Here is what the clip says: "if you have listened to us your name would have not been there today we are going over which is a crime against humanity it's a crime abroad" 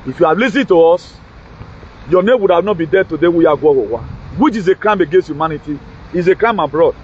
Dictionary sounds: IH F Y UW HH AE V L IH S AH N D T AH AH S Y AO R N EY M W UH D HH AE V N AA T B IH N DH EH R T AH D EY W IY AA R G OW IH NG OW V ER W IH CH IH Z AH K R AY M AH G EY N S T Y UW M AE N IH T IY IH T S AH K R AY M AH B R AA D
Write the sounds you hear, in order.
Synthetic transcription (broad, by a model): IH F Y UW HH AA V L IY S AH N T AH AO S Y AO N EY M W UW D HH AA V N AA T B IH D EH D T AH D EY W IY AA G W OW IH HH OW W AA W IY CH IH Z AH K R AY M AH G EY N S T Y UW M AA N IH T IY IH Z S AH K R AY M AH B R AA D